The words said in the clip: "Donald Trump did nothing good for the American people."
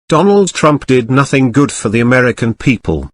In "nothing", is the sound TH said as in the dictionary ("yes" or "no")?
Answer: yes